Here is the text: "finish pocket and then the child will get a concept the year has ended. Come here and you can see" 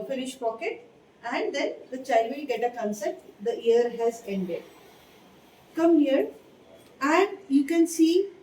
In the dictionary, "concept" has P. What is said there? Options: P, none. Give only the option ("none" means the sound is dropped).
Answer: none